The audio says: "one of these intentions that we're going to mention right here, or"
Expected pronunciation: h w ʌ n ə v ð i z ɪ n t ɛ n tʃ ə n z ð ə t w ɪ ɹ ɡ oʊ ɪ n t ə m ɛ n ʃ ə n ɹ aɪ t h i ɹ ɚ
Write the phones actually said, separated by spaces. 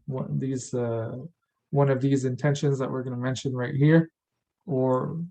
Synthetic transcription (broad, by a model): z w ʌ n ə v ð i z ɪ n t ɛ n ʃ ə n z ð ə t w ɪ ɹ ɡ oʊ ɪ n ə m ɛ n ʃ ə n ɹ aɪ t h i ɹ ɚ